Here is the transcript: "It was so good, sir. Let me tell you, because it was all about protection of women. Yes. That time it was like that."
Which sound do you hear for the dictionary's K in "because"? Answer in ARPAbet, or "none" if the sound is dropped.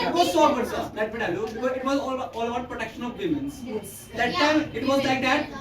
none